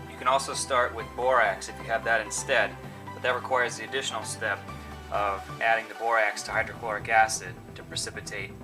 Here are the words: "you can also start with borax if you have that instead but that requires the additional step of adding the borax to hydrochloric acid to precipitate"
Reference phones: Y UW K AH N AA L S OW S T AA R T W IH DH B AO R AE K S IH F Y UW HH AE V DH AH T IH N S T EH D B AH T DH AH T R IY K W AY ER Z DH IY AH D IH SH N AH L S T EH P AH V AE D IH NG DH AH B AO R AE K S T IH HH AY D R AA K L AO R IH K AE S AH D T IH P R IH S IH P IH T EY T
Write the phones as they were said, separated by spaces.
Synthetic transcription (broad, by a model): Y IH K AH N AA L S OW S T AA R T W IH DH B AO R AE K S IH F Y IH V DH AH T IH N S T EH D B AH T DH AH T R IY K W AY ER Z DH IY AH D IH SH N L S T EH P AH V AE D IH NG DH AH B AO R AE K S T IH HH AY D R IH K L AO R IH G AE S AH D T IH P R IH S IH P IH T EY T